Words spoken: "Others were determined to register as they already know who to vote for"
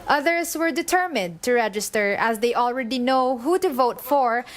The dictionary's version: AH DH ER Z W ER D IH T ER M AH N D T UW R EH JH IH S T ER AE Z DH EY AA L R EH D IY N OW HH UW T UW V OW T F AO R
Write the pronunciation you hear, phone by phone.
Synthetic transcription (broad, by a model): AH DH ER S W ER D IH T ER M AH N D T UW R EH JH IH S T ER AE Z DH EY AA L R EH D IY N OW HH UW T UW V OW T F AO R